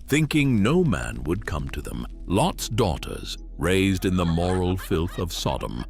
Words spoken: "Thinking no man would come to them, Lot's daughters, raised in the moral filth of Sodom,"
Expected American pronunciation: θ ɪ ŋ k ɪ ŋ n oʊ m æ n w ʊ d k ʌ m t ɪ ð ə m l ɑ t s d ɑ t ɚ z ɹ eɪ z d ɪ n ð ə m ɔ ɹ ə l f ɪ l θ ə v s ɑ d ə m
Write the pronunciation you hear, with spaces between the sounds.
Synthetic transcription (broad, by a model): θ ɪ ŋ k ɪ ŋ n oʊ m æ n w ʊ d k ʌ m t ɪ ð ə m l ɑ t s d ɑ t ɚ z ɹ eɪ z d ɪ n ð ə m ɔ ɹ l f ɪ l θ ə v s ɑ d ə m